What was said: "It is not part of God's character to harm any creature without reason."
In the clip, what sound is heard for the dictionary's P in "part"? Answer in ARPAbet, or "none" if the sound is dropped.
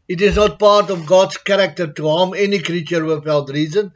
P